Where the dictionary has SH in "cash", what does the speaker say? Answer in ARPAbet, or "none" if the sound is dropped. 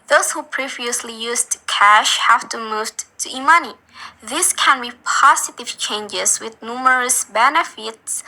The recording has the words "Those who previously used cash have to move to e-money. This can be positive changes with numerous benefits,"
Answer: SH